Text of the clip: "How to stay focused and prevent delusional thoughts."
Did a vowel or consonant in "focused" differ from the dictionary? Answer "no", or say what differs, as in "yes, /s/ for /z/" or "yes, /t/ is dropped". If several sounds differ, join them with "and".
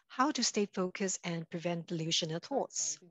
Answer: yes, /t/ is dropped